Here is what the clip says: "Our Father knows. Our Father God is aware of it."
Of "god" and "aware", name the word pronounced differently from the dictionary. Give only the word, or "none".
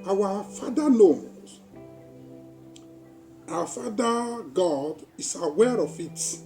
none